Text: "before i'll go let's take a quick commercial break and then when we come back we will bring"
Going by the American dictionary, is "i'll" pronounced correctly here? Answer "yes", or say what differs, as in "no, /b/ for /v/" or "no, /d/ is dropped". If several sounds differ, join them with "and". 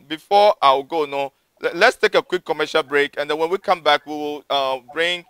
no, /w/ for /l/